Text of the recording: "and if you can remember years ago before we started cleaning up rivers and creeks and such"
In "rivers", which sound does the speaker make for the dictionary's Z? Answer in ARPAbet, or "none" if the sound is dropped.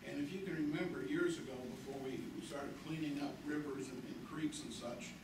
Z